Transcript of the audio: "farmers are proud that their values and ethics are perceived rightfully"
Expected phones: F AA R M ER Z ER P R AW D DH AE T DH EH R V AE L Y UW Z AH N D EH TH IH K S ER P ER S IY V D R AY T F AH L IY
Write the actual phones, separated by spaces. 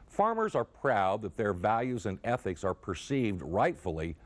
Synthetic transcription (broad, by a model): F AA R M ER Z ER P R AW D DH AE T DH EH R V AE L Y UW Z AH N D EH TH IH K S ER P ER S IY V D R AY T F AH L IY